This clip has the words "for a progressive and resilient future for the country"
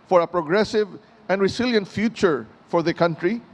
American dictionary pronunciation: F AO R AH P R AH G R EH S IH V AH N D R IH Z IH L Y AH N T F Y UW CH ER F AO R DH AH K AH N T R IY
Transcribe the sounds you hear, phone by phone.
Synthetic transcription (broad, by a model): F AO R AH P R AH G R EH S IH V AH N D R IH S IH L Y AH N T F Y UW CH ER F AO R DH AH K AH N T R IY